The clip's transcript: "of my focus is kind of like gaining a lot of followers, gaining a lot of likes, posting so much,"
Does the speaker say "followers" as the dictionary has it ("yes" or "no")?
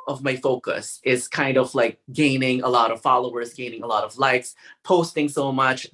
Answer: yes